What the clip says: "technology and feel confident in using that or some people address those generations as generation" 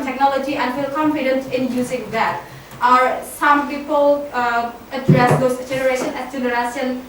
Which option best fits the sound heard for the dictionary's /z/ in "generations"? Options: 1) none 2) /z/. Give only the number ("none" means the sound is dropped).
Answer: 1